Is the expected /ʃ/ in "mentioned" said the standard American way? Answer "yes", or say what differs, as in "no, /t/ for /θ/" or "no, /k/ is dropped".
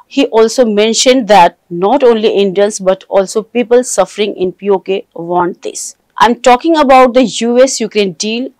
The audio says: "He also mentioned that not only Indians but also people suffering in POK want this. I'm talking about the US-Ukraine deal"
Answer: yes